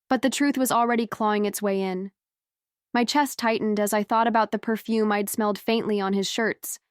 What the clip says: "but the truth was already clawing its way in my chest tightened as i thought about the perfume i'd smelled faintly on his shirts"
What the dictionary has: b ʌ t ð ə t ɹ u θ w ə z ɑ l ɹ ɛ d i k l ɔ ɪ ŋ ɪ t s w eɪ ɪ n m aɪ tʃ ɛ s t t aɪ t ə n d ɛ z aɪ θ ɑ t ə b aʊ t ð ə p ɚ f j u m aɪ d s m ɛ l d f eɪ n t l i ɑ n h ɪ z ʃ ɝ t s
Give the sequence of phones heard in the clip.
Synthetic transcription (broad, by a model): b ʌ t ð ə t ɹ u θ w ə z l ɹ ɛ d i k l ɔ ɪ ŋ ɪ t s w eɪ ɪ n m aɪ tʃ ɛ s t t aɪ t n d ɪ z aɪ θ ɑ t ə b aʊ t ð ə p ɚ f j u m aɪ d s m ɛ l d f eɪ n t l i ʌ n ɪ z ʃ ɝ t s